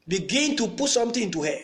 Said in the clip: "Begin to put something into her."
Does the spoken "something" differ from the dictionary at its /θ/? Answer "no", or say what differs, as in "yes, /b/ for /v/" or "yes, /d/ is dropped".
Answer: yes, /t/ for /θ/